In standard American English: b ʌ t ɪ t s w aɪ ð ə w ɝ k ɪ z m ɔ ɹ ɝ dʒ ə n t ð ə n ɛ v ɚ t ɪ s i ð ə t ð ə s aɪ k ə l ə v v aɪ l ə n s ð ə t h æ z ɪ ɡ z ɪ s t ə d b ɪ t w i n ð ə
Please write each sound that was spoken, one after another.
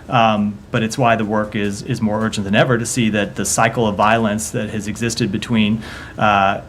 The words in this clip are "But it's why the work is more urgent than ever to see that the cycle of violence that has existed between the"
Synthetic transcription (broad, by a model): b ʌ t ɪ t s w aɪ ð ə w ɝ k ɪ z m ɔ ɹ ɝ dʒ n ð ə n ɛ v ɚ t ɪ s i ð ə t ð ə s aɪ k l ə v v aɪ l ə n s ð ə t h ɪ z ɪ ɡ z ɪ s t ə d b ɪ t w i n